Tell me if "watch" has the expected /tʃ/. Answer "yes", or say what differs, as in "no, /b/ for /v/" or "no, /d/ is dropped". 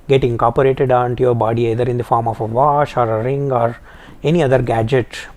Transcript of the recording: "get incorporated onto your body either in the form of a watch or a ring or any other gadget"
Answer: no, /ʃ/ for /tʃ/